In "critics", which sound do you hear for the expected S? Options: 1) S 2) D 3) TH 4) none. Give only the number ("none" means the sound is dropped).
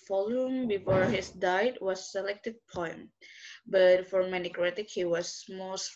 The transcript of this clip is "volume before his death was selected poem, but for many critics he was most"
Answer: 4